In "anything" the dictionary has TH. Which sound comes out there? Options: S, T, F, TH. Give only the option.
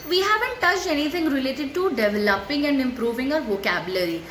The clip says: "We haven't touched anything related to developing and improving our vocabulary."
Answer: T